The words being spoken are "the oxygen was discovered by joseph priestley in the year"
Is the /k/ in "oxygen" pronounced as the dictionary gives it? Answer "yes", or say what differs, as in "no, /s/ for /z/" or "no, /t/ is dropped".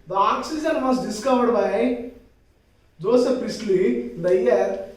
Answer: yes